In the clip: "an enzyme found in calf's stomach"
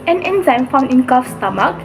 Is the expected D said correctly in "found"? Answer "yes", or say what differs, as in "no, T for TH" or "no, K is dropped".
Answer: no, D is dropped